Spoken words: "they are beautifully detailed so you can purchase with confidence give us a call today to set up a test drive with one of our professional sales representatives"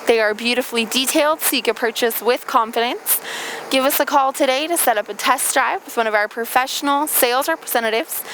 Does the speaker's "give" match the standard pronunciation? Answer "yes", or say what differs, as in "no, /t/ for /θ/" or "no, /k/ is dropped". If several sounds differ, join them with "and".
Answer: yes